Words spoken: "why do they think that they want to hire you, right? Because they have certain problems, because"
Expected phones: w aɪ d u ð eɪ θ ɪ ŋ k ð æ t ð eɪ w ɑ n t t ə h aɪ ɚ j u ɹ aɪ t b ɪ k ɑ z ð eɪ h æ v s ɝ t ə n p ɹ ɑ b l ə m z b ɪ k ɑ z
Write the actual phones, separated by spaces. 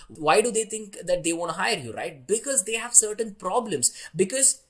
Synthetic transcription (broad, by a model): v aɪ d u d eɪ t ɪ ŋ k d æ t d eɪ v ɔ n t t h aɪ ɚ j u ɹ aɪ t b ɪ k ɑ z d eɪ h æ v s ɝ t ə n p ɹ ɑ b l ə m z b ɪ k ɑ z